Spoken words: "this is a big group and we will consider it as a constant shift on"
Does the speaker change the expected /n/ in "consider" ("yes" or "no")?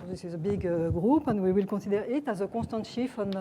yes